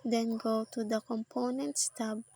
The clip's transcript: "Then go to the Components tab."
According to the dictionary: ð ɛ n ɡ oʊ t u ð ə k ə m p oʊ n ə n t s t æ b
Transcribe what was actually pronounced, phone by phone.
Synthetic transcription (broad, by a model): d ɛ n ɡ oʊ t u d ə k ə m p oʊ n ə n t s t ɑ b